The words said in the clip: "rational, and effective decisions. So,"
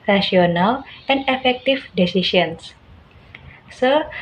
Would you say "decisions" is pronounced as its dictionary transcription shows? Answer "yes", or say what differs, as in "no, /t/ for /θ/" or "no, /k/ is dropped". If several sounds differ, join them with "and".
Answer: no, /ʃ/ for /ʒ/